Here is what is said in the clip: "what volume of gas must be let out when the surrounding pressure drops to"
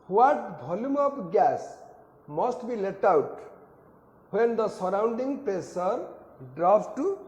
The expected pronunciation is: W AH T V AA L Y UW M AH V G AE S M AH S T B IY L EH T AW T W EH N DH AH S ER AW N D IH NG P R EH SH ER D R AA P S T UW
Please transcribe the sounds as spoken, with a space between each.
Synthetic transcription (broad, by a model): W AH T B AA L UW M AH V G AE S M AH S T B IY L EH T AW T W EH N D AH S ER AW N D IH NG P EH S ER D R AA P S T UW